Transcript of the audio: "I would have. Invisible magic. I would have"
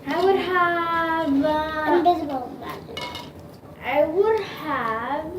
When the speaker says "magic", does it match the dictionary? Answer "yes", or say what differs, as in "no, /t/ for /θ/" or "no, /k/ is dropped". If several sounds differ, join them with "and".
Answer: no, /k/ is dropped